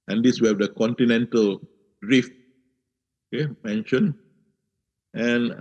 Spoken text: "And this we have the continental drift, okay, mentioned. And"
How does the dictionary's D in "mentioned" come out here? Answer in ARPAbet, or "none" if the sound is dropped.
none